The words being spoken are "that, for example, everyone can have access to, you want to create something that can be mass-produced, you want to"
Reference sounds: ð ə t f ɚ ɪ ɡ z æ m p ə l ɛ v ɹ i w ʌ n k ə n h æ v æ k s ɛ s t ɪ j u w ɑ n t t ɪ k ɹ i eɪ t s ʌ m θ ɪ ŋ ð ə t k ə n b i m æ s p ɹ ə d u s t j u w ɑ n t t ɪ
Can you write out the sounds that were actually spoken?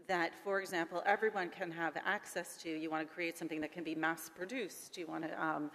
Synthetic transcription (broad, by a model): ð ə t f ɚ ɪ ɡ z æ m p l ɛ v ɹ i w ʌ n k ə n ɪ v æ k s ɛ s t ɪ j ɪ w ɑ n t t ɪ k ɹ i eɪ t s ʌ m θ ɪ ŋ ð ə t k ə n b i m æ s p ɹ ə d u s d j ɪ w ɑ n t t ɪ